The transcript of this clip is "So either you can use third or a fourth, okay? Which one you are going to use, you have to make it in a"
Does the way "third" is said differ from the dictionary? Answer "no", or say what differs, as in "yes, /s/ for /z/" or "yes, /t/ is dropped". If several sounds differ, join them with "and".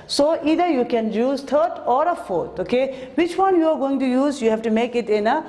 yes, /t/ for /θ/